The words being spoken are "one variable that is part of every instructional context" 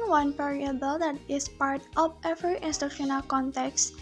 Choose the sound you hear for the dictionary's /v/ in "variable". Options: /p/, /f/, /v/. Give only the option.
/p/